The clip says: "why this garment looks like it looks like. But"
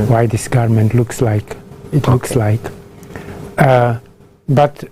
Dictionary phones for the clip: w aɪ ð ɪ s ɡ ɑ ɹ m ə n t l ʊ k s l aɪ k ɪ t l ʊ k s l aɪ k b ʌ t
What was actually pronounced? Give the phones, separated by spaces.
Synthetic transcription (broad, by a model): w aɪ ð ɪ s ɡ ɑ ɹ m ə n t l ʊ k s l aɪ k ɪ t l ʊ k s l aɪ k b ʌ t